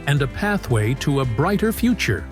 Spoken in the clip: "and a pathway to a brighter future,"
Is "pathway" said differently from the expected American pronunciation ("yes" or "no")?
no